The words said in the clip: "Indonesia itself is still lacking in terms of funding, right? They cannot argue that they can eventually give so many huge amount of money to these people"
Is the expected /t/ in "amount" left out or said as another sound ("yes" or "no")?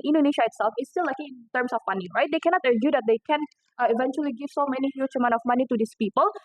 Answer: yes